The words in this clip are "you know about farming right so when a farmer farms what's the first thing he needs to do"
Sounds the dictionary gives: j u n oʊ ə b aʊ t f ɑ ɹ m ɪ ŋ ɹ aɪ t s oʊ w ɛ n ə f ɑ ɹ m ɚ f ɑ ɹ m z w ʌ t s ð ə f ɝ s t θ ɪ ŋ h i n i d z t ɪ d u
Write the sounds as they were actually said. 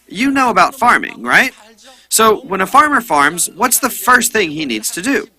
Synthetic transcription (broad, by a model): j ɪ n oʊ ə b aʊ t f ɑ ɹ m ɪ ŋ ɹ aɪ t s oʊ w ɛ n ə f ɑ ɹ m ɚ f ɑ ɹ m z w ʌ t s ð ə f ɝ s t θ ɪ ŋ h i n i d z t ɪ d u